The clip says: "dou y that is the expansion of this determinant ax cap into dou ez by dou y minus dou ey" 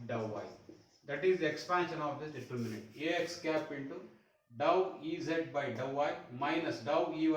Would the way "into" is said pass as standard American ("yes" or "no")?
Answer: yes